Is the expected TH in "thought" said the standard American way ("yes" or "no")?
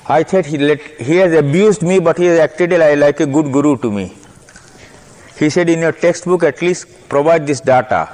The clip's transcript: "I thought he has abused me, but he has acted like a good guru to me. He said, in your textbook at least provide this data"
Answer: no